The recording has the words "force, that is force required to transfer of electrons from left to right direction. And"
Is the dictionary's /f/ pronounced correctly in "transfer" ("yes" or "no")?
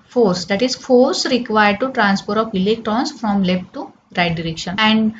no